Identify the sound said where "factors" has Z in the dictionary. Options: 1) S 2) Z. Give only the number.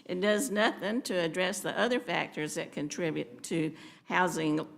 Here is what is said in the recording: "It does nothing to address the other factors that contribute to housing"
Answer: 2